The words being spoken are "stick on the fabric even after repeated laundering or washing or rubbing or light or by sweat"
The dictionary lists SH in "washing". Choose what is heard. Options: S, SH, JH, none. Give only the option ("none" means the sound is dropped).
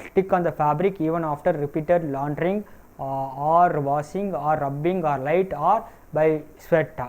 S